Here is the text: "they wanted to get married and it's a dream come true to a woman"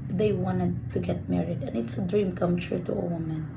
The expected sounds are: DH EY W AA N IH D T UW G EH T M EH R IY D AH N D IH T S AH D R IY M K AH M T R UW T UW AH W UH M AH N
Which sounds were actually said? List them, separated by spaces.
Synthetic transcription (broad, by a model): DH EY W AA N IH D T UW G EH T M EH R IY D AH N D IH T S AH D R IY M K AH M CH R T UW AH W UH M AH N